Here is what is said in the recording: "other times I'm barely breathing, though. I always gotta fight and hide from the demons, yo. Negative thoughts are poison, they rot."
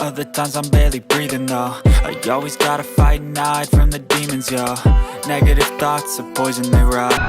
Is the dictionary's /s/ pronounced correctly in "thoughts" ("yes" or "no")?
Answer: yes